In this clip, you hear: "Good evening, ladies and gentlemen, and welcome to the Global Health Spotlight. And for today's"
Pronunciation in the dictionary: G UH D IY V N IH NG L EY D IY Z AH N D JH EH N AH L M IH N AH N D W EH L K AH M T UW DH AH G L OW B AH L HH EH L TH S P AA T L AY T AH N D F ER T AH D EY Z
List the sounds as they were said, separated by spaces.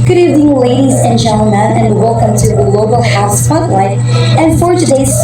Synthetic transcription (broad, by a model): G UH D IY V IH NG L EY D IY Z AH N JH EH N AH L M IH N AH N W EH L K AH M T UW DH AH L OW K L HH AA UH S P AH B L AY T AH N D F ER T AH D EY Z